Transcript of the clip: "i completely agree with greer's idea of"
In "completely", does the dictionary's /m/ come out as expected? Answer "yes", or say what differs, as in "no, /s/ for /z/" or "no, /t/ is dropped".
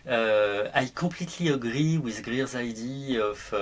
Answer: no, /m/ is dropped